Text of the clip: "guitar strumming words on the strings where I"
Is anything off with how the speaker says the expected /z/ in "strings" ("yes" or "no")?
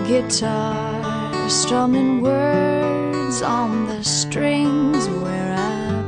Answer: no